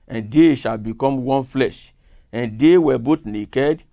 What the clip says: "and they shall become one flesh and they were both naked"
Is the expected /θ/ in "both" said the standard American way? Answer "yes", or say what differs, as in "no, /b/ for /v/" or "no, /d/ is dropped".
no, /t/ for /θ/